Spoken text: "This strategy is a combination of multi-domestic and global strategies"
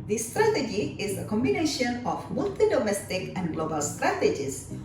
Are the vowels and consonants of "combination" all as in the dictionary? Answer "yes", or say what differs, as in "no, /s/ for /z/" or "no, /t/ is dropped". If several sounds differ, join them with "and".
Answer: yes